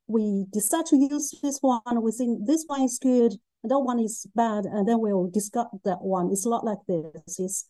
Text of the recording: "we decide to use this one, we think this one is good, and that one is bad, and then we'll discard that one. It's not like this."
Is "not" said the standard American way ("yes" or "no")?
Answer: no